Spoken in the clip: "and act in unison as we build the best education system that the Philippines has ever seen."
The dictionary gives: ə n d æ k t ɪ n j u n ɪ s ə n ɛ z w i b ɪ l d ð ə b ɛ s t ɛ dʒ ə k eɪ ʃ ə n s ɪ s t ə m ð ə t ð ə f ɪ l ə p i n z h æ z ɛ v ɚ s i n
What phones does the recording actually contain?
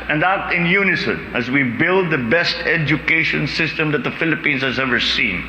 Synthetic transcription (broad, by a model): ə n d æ t ɪ n j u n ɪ s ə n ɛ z w i b ɪ l d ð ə b ɛ s t ɛ dʒ ə k eɪ ʃ ə n s ɪ s t ə m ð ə t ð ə f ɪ l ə p i n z h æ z ɛ v ɚ s i n